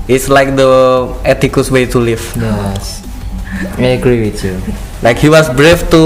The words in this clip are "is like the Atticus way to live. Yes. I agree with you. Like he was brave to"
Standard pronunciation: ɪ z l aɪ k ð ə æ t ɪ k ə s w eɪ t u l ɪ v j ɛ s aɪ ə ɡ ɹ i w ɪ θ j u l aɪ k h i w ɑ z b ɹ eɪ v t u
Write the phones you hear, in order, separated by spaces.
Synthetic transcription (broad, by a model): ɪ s l aɪ k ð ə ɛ t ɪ k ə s w eɪ t u l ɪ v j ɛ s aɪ ə ɡ ɹ i w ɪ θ j u l aɪ k h i w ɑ s b ɹ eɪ f t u